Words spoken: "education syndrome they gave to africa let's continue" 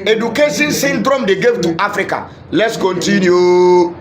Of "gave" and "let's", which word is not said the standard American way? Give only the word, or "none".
none